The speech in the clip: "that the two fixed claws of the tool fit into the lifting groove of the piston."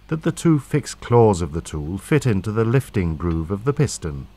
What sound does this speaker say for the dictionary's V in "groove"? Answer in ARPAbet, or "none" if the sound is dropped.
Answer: V